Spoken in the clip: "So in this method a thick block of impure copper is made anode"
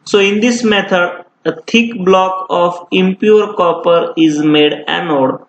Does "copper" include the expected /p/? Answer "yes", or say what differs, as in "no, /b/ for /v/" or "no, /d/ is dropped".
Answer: yes